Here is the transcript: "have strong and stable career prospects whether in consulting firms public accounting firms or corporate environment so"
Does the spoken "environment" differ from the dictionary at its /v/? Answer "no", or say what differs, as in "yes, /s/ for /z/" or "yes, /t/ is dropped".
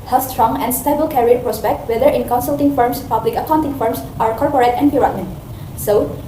yes, /p/ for /v/